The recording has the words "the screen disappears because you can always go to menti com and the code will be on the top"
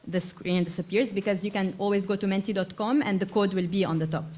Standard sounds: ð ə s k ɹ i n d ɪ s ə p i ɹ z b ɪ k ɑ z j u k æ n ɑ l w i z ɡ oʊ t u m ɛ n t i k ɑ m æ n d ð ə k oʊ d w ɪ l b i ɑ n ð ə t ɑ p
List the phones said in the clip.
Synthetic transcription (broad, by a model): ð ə s k ɹ i n d ɪ s ə p i ɹ z b ɪ k ɑ z j u k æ n ɑ l w i z ɡ oʊ t u m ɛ n t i k ɑ m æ n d ð ə k oʊ d w ɪ l b i ɑ n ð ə t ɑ p